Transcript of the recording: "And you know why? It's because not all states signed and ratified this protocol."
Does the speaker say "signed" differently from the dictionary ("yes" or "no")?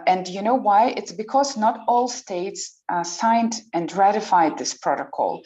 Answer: no